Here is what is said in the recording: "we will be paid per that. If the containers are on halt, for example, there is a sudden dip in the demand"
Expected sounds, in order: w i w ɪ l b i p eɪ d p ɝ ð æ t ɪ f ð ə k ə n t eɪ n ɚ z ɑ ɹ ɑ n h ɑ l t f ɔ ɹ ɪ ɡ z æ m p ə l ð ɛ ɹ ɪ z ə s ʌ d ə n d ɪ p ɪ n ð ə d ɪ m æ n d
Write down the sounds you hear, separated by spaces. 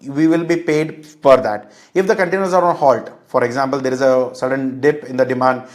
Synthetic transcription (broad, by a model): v i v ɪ l b i p eɪ d f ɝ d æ t ɪ f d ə k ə n t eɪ n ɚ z ɑ ɹ ɑ n h ɑ l t f ɔ ɹ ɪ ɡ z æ m p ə l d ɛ ɹ ɪ z ə s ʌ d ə n d ɪ p ɪ n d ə d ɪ m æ n d